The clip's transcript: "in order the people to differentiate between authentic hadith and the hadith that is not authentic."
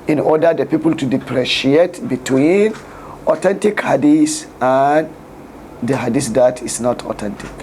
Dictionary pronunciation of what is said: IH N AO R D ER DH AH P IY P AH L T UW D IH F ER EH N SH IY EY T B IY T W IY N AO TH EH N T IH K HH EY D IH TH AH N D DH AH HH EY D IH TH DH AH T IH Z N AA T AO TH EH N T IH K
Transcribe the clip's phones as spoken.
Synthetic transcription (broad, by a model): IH N AO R D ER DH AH P IY P AH L T UW D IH P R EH SH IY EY T B IY T W IY N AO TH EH N T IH K HH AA D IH S AH N D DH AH HH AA D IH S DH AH T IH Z N AA T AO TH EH N T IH K